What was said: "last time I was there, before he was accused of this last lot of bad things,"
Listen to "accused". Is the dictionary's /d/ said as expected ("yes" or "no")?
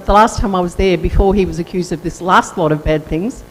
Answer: yes